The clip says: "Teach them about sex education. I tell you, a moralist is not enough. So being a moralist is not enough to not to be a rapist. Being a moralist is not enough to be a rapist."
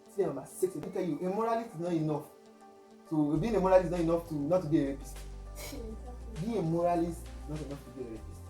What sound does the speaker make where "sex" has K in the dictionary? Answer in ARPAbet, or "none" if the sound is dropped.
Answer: none